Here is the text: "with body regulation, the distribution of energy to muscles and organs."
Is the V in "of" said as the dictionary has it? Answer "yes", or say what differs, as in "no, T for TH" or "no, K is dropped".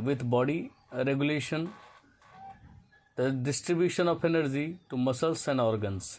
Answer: no, P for V